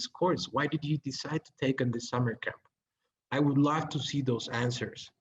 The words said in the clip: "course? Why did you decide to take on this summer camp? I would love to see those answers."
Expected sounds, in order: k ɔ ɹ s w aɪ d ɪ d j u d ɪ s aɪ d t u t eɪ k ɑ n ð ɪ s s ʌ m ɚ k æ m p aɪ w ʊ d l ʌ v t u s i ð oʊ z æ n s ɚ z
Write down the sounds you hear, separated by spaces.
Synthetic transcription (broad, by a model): k ɔ ɹ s w aɪ d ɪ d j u d ɪ s aɪ d t u t eɪ k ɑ n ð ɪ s s ʌ m ɚ k æ m p aɪ w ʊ d l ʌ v t u s i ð oʊ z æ n s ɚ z